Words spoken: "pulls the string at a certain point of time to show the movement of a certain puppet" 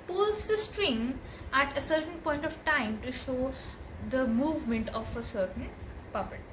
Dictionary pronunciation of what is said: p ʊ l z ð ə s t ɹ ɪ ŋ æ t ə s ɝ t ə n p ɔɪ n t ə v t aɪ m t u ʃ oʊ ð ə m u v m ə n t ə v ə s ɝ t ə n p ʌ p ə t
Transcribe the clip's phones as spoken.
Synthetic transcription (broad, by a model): p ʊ l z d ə s t ɹ ɪ ŋ æ t ə s ɝ t ə n p ɔɪ n t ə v t aɪ m t u ʃ oʊ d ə m u v m ə n t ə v ə s ɝ t ə n p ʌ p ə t